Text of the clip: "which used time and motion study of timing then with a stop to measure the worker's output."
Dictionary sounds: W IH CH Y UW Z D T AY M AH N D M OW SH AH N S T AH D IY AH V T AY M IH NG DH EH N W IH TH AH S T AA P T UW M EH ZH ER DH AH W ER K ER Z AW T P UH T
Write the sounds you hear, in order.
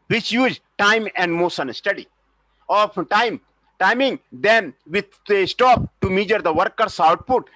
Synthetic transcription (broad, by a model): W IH CH Y UW Z D T AY M AH N D M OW S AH N S T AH D IY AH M T AY M IH NG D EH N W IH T AH S T AA P T UW M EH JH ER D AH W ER K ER S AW T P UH T